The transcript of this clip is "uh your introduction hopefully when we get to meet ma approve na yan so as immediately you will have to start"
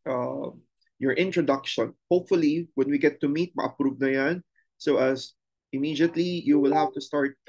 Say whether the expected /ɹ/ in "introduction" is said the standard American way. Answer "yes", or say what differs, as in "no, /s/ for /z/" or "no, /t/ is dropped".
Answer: yes